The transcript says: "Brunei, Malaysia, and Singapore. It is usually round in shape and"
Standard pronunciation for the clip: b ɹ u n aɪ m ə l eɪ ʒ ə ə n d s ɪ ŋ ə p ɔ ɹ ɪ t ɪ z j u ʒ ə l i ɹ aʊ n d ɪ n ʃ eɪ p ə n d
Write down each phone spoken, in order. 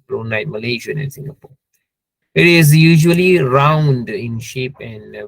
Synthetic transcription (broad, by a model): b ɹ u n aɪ m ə l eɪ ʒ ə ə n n s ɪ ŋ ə p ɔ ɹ ɪ t ɪ z j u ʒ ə l i ɹ aʊ n d ɪ n ʃ eɪ p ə n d